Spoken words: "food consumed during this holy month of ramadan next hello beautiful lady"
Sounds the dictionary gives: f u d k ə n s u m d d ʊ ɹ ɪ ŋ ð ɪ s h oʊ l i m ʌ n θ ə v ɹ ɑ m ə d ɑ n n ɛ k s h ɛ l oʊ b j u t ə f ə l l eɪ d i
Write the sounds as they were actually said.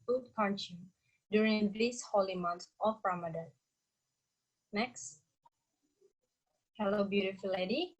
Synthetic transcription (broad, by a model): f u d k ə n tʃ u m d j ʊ ɹ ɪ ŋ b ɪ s h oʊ l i m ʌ n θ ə p ɹ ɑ m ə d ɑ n n ɛ k s h ɛ l oʊ b j u t ə f ə l l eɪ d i